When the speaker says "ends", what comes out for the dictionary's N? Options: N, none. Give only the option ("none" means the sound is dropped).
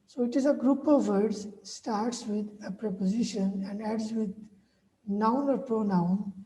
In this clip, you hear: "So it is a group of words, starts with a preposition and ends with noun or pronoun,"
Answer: none